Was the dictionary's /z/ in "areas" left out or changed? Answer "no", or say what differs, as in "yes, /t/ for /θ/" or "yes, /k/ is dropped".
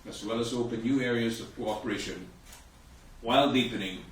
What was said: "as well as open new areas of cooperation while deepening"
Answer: no